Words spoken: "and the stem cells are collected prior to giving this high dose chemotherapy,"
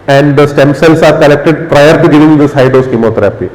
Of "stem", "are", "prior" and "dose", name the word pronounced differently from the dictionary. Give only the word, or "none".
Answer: none